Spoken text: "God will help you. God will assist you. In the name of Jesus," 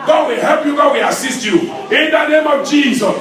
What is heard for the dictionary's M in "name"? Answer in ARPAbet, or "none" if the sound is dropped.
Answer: M